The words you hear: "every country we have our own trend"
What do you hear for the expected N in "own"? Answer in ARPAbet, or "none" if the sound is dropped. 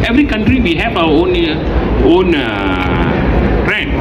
N